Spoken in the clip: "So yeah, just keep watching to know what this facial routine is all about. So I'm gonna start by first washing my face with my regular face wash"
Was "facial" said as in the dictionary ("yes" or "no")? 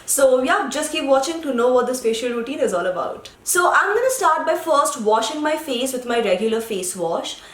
no